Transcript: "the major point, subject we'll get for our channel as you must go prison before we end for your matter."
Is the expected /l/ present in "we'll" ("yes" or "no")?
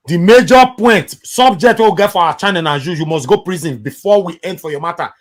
no